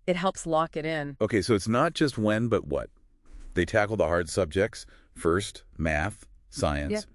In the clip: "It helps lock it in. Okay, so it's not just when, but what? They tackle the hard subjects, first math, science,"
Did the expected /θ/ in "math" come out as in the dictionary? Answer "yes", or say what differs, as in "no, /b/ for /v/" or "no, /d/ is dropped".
yes